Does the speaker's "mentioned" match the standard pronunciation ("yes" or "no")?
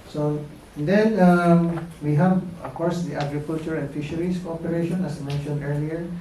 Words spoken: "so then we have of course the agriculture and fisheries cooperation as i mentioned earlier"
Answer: yes